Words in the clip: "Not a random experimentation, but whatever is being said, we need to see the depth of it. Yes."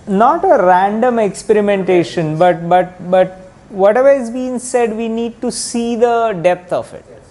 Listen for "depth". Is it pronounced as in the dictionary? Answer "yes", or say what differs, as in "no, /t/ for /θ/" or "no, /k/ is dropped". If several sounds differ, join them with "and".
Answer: no, /t/ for /θ/